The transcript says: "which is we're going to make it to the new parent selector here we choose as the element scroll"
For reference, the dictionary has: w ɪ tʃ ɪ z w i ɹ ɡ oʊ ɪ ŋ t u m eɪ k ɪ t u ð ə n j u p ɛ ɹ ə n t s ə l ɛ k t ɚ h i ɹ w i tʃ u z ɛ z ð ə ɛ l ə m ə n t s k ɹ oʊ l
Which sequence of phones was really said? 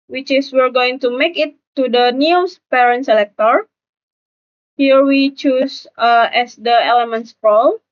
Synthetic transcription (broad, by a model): w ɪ tʃ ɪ s w i ɹ ɡ oʊ ɪ ŋ t u m eɪ k ɪ t u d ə n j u p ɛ ɹ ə n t s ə l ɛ k t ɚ h i ɹ w i tʃ u s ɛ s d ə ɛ l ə m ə n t s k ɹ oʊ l